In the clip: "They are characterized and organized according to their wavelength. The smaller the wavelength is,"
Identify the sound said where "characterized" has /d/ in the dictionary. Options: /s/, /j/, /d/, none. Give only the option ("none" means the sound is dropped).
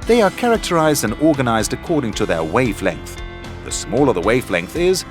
/d/